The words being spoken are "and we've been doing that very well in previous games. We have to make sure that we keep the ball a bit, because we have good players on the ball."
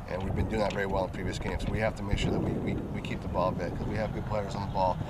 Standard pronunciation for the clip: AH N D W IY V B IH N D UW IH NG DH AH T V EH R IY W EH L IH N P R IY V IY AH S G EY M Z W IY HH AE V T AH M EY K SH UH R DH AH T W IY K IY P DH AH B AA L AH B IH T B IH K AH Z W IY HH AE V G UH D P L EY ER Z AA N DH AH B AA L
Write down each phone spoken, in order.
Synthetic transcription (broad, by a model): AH N W IY V B IH N D UW IH NG DH AH T V EH R IY W EH L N P R IY V IY AH S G EY M S W IY HH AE F T AH M EY K SH UH R DH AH T W IY K IY P DH AH B AA L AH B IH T K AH Z W IY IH V G UH D P L EY ER Z N DH AH B AA L